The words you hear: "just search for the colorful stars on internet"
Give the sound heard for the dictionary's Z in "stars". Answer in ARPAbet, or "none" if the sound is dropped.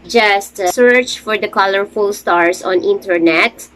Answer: S